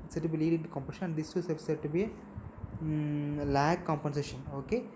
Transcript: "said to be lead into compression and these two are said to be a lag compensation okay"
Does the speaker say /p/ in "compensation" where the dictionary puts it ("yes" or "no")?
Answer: yes